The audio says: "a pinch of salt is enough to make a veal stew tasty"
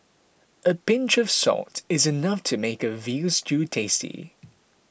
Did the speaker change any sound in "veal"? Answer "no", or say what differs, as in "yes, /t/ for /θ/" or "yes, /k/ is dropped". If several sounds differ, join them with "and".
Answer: no